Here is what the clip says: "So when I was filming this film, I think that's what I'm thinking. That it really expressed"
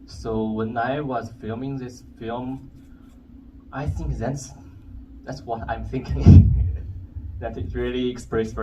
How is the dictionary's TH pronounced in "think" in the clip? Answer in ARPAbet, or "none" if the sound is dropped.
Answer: TH